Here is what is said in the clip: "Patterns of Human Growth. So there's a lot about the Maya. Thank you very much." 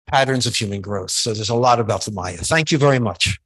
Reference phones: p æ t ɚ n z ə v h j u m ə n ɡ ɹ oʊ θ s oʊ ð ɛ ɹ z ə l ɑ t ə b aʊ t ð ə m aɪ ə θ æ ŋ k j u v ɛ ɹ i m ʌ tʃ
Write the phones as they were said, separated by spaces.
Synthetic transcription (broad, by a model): p æ t ɚ n z ə v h j u m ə n ɡ ɹ oʊ θ s oʊ ð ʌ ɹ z ə l ɑ t ə b aʊ t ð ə m aɪ ə θ æ ŋ k j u v ɛ ɹ i m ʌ tʃ